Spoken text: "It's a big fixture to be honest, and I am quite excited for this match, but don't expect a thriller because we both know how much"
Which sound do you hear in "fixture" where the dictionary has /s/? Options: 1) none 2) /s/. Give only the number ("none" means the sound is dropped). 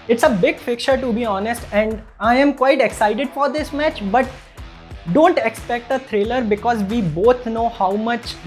1